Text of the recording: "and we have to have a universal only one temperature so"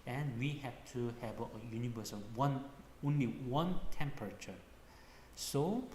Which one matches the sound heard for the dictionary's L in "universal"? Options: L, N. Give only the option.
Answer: N